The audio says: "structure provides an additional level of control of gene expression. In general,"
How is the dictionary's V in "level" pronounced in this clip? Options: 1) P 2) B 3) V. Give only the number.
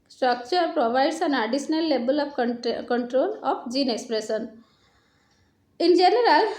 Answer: 2